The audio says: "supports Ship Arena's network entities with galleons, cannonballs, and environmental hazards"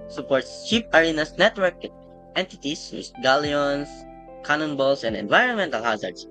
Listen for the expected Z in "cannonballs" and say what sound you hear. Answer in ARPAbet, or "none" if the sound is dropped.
S